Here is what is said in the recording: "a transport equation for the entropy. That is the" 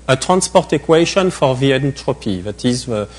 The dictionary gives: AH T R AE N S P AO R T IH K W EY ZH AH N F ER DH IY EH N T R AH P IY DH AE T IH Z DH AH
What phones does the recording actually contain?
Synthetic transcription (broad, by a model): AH T R AE N S P AO R T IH K W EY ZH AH N F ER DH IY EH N T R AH P IY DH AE T IH Z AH